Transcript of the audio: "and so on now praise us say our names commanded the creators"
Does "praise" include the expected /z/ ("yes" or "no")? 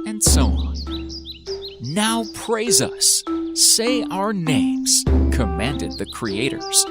yes